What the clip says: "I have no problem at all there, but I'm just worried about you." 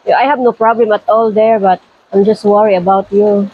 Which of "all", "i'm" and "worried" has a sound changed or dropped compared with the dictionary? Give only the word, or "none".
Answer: worried